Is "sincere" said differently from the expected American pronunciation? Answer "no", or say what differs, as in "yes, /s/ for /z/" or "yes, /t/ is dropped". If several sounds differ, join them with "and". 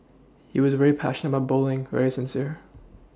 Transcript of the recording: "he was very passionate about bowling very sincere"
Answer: no